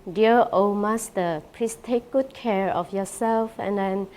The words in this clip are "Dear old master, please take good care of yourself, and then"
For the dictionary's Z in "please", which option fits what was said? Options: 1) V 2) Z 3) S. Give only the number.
3